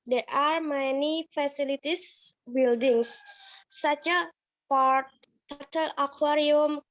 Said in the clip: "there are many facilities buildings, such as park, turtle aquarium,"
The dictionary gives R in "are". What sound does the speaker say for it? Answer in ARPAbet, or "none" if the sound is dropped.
R